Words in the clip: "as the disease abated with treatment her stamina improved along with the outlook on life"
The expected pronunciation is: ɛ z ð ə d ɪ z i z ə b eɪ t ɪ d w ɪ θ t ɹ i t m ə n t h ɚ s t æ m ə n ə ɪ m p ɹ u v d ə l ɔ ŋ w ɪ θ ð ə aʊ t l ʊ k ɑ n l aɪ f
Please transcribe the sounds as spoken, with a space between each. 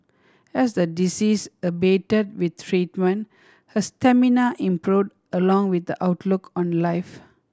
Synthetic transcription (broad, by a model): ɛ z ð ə d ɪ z i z ə b eɪ t ɪ d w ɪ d t ɹ i t m ə n t h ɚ s t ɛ m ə n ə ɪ m p ɹ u d ə l ɔ ŋ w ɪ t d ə aʊ t l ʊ k ɑ n l aɪ f